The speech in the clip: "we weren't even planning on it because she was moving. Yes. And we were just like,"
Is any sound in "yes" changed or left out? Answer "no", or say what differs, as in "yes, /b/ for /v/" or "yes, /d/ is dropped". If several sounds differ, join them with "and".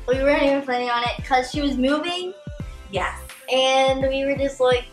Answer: yes, /s/ is dropped